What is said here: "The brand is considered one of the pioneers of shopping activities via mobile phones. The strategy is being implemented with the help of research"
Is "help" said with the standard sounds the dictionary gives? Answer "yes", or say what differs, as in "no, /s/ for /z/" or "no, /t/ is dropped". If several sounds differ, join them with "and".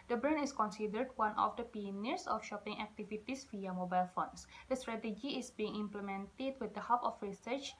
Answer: no, /l/ is dropped